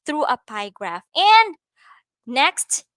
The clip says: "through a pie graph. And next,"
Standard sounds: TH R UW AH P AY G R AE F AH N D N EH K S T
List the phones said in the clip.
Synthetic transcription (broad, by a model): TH R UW AH P AY G R AE F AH N N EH K S T